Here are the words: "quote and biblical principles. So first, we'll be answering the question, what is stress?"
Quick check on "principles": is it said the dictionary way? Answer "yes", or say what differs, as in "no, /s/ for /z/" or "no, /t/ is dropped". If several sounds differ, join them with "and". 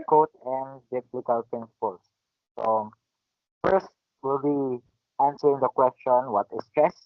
no, /ɹ/ is dropped